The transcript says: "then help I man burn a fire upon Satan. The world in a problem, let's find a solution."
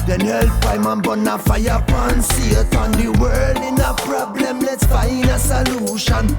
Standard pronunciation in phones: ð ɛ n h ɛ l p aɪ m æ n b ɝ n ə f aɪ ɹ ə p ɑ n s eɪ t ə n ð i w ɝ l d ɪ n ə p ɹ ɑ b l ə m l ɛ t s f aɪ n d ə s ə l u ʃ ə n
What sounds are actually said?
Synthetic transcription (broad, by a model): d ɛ n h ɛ l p aɪ m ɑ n b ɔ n ə f aɪ ə p ɑ n s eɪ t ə n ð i w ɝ l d ɪ n ə p ɹ ɑ b l ə m l ɛ t s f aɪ n ə s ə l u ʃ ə n